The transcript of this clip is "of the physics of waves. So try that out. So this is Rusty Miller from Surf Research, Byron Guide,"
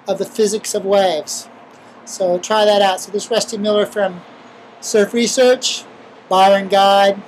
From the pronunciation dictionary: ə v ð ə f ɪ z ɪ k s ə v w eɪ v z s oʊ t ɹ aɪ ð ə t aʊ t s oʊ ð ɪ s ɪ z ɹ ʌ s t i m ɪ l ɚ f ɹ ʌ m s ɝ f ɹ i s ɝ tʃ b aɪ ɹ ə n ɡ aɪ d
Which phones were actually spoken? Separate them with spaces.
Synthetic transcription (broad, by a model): ə v ð ə f ɪ z ɪ k s ə v w eɪ v z s oʊ t ɹ aɪ ð ə t aʊ t s oʊ ð ɪ s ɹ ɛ s t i m ɪ l ɚ f ɹ ʌ m s ɝ f ɹ i s ɝ tʃ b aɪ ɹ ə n ɡ aɪ d